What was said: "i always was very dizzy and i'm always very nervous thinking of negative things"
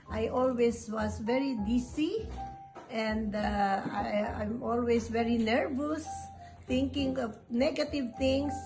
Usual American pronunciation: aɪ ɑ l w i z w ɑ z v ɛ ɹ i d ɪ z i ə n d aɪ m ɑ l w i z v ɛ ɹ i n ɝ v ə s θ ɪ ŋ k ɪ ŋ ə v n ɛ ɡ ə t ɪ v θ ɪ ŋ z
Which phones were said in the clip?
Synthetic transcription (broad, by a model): aɪ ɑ l w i s w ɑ s v ɛ ɹ i d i s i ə n d aɪ m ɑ l w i s v ɛ ɹ i n ɝ v ə s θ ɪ ŋ k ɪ ŋ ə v n ɛ ɡ ə t ɪ v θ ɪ ŋ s